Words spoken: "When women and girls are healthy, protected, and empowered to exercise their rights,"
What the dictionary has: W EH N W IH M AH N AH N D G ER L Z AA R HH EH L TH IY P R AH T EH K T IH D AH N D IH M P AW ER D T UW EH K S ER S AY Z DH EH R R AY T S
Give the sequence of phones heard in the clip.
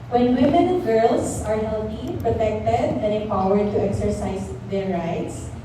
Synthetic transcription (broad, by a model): W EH N W IH M AH N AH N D G ER L S AA R HH EH L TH IY P R AH T EH K T IH D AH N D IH P AW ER D T UW EH K S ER S AY S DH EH R R AY T S